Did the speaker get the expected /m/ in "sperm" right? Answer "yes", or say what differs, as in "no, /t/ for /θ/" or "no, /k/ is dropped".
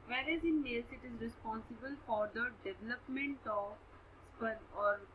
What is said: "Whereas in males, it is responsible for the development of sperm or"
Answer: no, /m/ is dropped